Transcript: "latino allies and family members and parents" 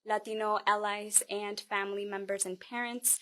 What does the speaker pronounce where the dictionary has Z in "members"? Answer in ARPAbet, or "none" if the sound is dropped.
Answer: Z